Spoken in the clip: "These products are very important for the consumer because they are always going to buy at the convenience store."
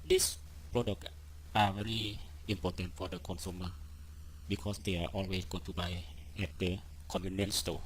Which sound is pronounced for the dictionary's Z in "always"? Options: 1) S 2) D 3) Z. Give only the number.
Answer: 1